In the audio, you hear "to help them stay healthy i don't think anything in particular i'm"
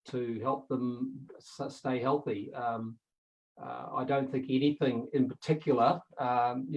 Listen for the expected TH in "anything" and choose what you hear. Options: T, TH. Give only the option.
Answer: TH